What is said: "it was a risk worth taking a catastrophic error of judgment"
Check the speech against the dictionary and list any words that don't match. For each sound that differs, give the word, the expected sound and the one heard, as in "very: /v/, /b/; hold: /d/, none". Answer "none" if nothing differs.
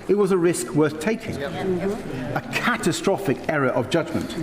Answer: none